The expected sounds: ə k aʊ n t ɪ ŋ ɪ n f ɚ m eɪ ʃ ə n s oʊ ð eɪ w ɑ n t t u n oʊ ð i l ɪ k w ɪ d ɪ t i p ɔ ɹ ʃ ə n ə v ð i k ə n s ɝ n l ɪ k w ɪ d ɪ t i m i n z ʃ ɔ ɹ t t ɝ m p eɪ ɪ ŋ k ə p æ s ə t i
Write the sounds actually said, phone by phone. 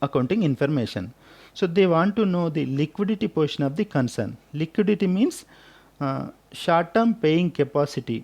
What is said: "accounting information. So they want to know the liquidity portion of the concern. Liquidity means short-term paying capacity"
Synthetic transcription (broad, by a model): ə k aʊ n t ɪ ŋ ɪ n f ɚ m eɪ ʃ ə n s oʊ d eɪ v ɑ n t t u n oʊ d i l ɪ k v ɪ d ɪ t i p ɔ ɹ ʃ ə n ə v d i k ə n s ɝ n l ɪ k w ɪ d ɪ t i m i n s ʃ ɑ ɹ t t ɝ m p eɪ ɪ ŋ k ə p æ s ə t i